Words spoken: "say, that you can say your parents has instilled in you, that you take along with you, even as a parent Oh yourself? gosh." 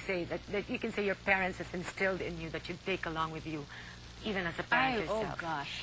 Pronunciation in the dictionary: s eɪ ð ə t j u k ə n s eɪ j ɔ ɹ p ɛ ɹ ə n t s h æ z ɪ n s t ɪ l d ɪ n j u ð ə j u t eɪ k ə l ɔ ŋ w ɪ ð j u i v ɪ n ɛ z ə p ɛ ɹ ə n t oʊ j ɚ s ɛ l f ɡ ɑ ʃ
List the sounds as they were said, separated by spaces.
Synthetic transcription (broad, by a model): s eɪ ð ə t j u k ə n s eɪ j ɔ ɹ p ɛ ɹ ə n t s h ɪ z ɪ n s t ɪ l d ɪ n j u ð ə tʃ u t eɪ k ə l ɔ ŋ w ɪ ð j u i v ɪ n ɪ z ə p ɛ ə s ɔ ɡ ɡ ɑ ʃ